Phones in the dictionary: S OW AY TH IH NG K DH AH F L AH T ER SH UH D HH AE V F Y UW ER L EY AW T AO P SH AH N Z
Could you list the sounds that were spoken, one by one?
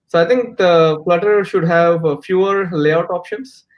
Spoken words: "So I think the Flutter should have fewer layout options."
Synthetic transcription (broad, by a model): S OW AY T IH NG K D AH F L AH T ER SH UH D HH AE V F Y UW ER L EY AW T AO P SH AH N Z